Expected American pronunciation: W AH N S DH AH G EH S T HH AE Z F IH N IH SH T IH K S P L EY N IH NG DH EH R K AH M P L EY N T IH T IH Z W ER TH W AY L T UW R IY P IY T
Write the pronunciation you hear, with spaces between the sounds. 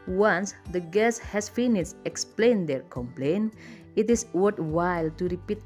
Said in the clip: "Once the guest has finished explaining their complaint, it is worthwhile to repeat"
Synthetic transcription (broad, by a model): W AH N S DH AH G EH S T HH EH S F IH N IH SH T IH K S P L EY N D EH R K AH M P L EY N IH T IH S W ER T W AY L T UW R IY P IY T